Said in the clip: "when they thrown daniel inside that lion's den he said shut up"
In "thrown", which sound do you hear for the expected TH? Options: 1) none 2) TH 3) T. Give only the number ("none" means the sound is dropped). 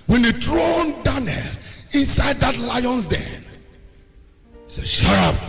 3